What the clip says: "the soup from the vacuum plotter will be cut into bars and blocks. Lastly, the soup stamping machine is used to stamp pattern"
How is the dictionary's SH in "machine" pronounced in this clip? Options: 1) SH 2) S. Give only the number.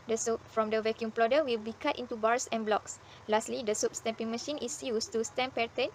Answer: 1